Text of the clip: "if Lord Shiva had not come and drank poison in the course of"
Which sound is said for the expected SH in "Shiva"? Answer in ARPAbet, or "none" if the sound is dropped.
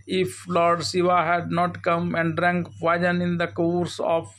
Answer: S